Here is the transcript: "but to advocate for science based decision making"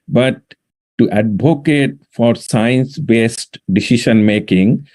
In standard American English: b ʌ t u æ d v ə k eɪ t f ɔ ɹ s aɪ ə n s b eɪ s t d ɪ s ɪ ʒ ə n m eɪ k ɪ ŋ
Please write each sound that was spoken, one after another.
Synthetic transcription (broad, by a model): b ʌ t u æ d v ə k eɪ t f ɔ ɹ s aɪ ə n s b eɪ s t d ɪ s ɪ ʃ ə n m eɪ k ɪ ŋ